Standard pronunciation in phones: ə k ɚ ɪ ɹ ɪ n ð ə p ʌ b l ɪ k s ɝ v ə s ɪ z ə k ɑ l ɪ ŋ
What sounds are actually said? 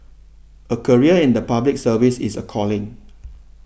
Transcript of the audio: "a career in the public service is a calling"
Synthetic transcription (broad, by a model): ə k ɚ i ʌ ɪ n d ə p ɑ b l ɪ k s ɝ v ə s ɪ s ə k ɑ l ɪ ŋ